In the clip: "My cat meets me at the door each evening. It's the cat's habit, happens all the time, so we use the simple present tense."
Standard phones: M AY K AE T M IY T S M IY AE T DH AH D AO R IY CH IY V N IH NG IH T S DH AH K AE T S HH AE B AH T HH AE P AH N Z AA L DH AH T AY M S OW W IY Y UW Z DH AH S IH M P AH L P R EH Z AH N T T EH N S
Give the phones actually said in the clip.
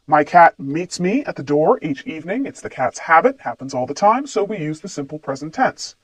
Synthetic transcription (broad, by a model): M AY K AE T M IY T S M IY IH T DH AH D AO R IY CH IY V N IH NG IH T S DH AH K AE T S HH AE B AH T HH AE P AH N Z AA L DH AH T AY M S OW W IY Y UW Z DH AH S IH M P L P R EH Z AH N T T EH N S